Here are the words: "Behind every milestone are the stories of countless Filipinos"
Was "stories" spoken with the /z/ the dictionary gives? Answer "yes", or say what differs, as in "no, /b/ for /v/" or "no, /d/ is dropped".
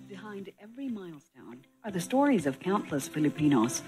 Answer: yes